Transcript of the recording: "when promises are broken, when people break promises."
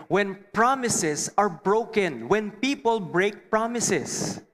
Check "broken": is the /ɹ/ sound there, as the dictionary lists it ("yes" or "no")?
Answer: yes